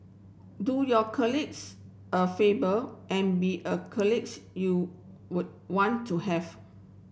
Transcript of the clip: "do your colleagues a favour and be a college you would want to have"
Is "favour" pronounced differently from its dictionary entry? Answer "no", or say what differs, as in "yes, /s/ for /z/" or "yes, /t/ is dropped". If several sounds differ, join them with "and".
yes, /b/ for /v/